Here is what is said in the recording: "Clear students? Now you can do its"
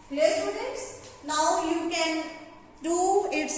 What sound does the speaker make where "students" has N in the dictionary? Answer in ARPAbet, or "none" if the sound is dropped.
none